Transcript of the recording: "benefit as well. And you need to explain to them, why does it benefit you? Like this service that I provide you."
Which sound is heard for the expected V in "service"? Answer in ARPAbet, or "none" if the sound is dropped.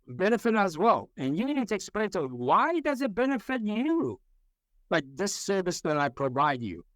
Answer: V